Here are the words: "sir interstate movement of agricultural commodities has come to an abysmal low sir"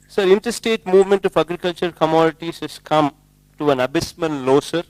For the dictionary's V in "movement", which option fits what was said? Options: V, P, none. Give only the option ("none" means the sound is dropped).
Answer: V